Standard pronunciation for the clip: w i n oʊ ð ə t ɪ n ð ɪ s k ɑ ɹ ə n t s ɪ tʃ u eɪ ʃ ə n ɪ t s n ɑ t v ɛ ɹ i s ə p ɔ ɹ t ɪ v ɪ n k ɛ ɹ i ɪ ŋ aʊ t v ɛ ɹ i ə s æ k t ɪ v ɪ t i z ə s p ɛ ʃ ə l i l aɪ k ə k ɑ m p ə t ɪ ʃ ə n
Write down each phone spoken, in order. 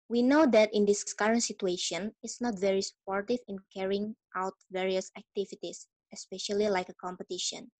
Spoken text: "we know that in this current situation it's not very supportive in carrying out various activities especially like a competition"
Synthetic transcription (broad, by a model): w i n oʊ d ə t ɪ n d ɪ s k ɑ ɹ ə n t s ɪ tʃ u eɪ ʃ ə n ɪ t s n ɑ t v ɛ ɹ i s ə p ɔ ɹ t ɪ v ɪ n k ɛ ɹ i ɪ ŋ aʊ t v ɛ ɹ i ə s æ k t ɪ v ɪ t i s ə s p ɛ ʃ ə l i l aɪ k ə k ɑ m p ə t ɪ ʃ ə n